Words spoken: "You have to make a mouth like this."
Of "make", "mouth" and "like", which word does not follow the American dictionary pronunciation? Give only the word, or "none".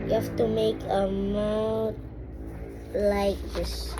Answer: mouth